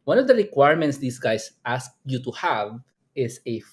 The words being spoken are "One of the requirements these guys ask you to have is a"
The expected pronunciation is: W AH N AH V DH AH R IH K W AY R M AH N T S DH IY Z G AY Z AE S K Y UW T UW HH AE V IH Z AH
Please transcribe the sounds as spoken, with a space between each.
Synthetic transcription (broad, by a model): W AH N AH V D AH R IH K W AY R M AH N T S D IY S G AY S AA S K Y UW T UW HH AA V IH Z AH